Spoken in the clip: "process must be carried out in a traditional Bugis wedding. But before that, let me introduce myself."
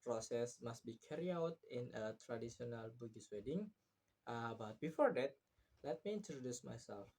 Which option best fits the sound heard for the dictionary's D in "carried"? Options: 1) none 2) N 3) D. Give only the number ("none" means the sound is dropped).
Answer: 1